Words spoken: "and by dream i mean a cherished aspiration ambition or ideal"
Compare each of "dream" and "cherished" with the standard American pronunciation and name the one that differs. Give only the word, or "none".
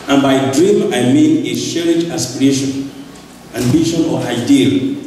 cherished